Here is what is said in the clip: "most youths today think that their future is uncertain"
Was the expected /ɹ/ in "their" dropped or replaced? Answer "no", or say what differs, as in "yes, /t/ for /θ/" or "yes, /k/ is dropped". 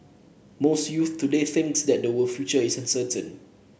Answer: yes, /w/ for /ɹ/